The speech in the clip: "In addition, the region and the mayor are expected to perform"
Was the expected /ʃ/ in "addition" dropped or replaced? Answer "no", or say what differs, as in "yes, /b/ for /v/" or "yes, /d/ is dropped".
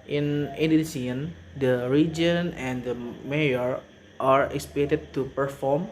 yes, /s/ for /ʃ/